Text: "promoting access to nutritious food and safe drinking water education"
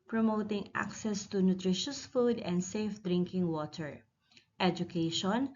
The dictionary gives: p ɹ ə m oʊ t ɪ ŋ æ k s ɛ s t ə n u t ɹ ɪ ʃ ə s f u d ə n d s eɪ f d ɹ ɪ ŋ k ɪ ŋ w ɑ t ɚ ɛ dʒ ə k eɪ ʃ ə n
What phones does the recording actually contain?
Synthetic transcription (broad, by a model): p ɹ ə m oʊ t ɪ ŋ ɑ k s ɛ s t ə n u t ɹ ɪ ʃ ə s f u d ə n d s eɪ f d ɹ ɪ ŋ k ɪ ŋ w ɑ t ɚ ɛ dʒ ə k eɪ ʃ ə n